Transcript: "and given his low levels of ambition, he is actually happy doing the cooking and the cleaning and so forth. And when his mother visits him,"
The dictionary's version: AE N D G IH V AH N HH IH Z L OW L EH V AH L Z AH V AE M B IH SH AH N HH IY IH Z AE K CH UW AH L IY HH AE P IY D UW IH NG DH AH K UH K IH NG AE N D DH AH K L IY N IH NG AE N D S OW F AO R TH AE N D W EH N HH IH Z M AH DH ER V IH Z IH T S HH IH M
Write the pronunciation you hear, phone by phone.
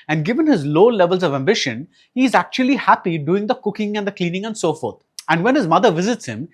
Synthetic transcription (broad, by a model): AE N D G IH V AH N HH IH Z L OW L EH V AH L Z AH V AE M B IH SH AH N HH IY IH Z AE K CH UW AH L IY HH AE P IY D UW IH NG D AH K UH K IH NG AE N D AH K L IY N IH NG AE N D S OW F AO R T AE N D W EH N HH IH Z M AH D ER V IH Z IH T S HH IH M